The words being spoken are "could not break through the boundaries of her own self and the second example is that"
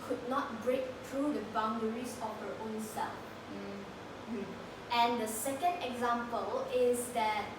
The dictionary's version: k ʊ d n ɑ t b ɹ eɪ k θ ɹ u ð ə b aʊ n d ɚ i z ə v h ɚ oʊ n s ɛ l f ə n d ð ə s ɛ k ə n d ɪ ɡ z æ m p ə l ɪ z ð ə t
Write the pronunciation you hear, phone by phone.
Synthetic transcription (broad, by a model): k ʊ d n ɑ t b ɹ eɪ k t ɹ u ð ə b aʊ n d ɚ i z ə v h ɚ oʊ n s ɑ f ə n d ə s ɛ k ə n d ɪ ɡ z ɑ m p ə l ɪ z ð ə t